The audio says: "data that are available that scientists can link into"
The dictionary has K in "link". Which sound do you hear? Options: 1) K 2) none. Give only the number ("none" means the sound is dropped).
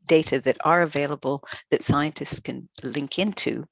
1